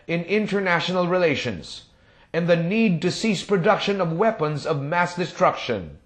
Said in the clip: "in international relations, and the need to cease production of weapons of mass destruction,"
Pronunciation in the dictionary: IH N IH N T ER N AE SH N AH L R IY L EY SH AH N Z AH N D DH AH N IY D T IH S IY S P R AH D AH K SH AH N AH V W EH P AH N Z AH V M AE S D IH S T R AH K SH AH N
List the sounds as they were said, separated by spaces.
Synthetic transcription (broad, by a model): IH N IH N T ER N AE SH N L R IY L EY SH AH N Z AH N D DH AH N IY D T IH S IY S P R AH D AH K SH AH N AH V W EH P AH N Z AH V M AE S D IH S T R AH K SH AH N